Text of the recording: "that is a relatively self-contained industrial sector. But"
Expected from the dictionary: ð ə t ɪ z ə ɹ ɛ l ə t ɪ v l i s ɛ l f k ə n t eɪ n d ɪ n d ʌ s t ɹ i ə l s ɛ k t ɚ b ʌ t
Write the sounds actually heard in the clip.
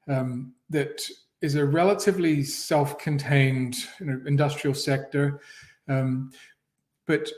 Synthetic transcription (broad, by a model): ð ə t ɪ z ə ɹ ɛ l ə t ɪ v l i s ɛ l f k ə n t eɪ n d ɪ n d ʌ s t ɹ i l s ɛ k t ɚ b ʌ t